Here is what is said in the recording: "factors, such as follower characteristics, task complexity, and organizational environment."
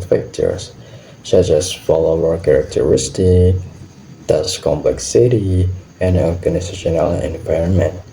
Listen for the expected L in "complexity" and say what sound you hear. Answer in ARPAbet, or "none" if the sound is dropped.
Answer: L